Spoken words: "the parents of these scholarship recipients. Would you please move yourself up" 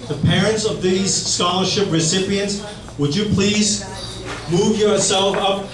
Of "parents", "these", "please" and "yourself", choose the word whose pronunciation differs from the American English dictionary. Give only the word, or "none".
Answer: none